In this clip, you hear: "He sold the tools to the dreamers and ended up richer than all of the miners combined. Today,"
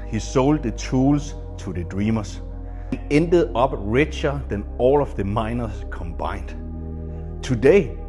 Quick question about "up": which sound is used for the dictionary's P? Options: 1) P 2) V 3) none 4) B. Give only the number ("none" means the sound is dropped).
4